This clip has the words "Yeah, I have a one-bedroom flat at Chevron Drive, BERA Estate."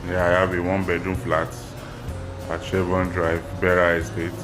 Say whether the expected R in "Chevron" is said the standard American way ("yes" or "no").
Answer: no